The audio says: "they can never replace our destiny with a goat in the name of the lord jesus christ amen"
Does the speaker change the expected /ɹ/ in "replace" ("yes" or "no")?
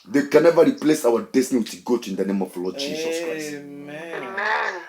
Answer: no